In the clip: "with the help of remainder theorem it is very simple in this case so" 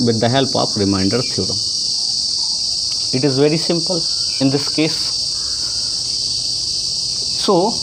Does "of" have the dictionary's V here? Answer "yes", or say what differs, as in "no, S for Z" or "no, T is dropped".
no, P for V